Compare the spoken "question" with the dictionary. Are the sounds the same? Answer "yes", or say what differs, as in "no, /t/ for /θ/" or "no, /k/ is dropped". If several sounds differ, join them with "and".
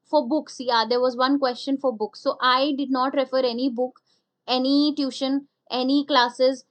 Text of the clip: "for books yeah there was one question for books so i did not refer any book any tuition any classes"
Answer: yes